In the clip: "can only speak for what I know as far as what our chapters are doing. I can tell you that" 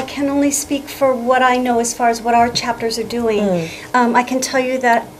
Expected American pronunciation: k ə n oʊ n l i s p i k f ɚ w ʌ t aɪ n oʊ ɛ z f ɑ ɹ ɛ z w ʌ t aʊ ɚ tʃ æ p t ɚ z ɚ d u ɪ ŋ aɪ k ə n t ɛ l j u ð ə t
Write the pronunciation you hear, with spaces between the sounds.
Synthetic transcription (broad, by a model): k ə n oʊ n l i s p i k f ɚ w ʌ t aɪ n oʊ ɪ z f ɑ ɹ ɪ z w ʌ t aʊ ɚ tʃ æ p t ɚ z ɚ d u ɪ ŋ aɪ k ə n t ɛ l j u ð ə t